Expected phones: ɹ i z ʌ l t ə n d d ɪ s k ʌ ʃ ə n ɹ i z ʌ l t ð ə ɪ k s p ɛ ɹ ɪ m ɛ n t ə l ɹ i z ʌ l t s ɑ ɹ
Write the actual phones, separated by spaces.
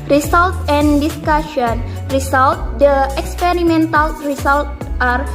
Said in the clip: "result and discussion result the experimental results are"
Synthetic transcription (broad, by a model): ɹ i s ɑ l t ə n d d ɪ s k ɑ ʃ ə n ɹ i s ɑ l t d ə ɪ k s p ɛ ɹ ɪ m ɛ n t ə l ɹ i s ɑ l t ɑ ɹ